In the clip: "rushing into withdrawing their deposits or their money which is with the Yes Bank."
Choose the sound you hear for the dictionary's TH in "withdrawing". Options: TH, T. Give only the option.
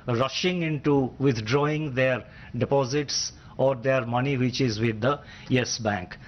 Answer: T